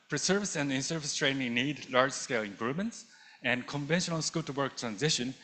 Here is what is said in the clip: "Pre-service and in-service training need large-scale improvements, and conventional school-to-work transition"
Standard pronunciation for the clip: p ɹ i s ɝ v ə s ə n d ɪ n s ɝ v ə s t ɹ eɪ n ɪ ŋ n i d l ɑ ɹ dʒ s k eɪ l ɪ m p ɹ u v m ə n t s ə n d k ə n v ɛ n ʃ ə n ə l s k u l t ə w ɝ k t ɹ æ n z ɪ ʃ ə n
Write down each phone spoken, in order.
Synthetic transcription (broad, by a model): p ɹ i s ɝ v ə s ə n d ɪ n s ɝ v ə s t ɹ eɪ n ɪ ŋ n i d l ɑ ɹ dʒ s k eɪ l ɪ m p ɹ u v m ə n t s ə n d k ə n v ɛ n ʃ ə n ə l s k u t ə w ɝ k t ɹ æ n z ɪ ʃ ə n